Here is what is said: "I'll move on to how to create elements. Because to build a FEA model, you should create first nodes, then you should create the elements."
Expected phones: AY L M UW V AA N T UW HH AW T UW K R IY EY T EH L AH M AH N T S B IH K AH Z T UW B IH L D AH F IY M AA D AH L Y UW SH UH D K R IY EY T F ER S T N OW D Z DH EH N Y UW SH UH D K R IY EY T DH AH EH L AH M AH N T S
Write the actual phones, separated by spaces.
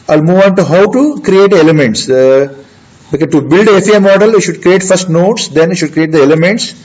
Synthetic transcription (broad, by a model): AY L M UW V AA N T UW HH AW T UW K R IY EY T EH L AH M AH N T S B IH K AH T UW B IH L D AH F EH M AA D AH L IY SH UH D K R IY EY T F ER S T N OW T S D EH N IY SH UH D K R IY EY T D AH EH L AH M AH N T S